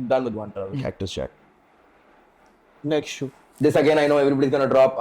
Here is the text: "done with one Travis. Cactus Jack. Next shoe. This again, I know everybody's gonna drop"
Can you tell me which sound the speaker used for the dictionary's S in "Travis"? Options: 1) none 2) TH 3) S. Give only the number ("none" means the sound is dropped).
1